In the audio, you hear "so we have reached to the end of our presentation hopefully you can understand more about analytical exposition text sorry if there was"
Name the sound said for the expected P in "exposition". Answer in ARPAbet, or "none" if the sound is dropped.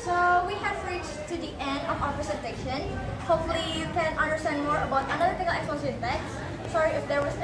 none